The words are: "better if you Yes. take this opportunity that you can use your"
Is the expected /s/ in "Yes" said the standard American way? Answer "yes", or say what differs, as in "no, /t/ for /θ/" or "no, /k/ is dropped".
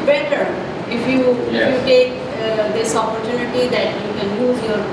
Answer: no, /s/ is dropped